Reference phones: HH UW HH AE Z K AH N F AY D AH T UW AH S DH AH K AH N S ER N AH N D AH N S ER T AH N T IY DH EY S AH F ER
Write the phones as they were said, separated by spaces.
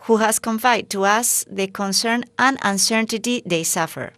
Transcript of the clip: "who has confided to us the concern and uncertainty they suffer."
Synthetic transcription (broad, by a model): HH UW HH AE S K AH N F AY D T UW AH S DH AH K AH N S ER N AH N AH N S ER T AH T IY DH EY S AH F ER